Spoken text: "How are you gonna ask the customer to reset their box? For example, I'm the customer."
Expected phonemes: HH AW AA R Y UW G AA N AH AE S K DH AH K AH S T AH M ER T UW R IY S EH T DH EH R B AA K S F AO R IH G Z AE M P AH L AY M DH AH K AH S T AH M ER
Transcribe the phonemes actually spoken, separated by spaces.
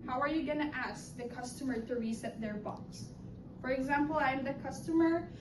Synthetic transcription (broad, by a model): HH AW AA R Y UW G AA N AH AE S K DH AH K AH S T AH M ER T UW R IY S EH T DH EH R B AA K S F AO R IH G Z AE M P AH L AY M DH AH K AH S T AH M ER